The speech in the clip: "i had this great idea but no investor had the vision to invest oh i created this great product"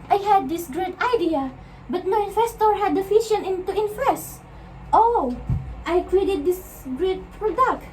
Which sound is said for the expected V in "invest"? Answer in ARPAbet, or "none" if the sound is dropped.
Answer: F